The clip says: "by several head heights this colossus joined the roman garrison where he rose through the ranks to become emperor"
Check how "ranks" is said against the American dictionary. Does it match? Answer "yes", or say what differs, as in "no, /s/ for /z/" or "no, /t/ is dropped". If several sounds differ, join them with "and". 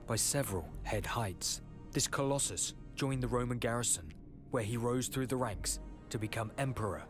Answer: yes